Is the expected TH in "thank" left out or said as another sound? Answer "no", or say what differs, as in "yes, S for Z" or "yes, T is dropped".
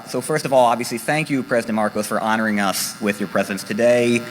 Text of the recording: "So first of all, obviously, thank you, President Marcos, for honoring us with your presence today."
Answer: no